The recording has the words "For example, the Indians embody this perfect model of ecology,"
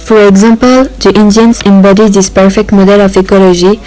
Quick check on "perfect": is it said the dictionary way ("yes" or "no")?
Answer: yes